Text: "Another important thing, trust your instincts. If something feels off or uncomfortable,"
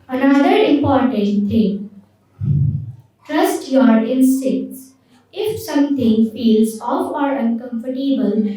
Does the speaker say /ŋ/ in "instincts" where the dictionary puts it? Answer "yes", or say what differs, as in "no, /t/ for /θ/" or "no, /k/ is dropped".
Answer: no, /ŋ/ is dropped